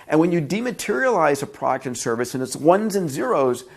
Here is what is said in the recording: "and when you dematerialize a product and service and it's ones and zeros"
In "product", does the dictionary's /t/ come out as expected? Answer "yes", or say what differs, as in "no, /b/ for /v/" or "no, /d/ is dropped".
yes